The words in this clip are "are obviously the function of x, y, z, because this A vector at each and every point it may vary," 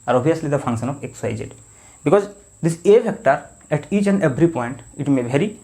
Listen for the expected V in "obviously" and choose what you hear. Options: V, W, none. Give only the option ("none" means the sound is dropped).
none